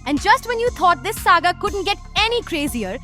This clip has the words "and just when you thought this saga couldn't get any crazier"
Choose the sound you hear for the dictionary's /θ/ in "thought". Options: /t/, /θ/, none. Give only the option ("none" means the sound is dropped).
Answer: /t/